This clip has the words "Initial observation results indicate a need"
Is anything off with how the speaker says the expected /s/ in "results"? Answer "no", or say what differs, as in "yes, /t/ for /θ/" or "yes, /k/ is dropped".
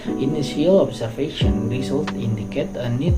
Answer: yes, /s/ is dropped